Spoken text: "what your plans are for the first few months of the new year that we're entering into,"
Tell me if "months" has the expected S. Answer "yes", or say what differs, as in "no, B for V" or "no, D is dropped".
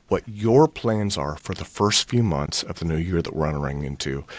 yes